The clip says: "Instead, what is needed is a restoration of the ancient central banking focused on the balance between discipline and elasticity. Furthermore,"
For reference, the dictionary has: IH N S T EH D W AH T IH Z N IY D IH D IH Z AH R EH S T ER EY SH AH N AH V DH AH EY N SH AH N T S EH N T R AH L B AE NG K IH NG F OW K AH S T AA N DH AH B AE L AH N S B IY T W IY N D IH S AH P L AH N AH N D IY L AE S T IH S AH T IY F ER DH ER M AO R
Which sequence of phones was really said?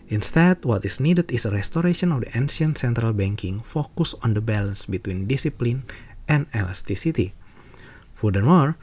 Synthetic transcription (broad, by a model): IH N S T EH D W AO T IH S N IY D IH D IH S AH R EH S T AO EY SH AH N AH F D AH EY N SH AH N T S EH N T R AH L B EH NG K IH NG F OW K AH S AA N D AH B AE L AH N S B IY T W IY N D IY S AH P L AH N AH N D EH L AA S T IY S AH T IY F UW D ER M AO R